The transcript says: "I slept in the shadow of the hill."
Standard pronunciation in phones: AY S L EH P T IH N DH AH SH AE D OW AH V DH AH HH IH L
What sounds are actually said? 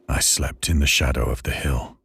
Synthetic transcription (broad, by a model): AY S L EH P T IH N DH AH SH AE D OW AH V DH AH HH IH L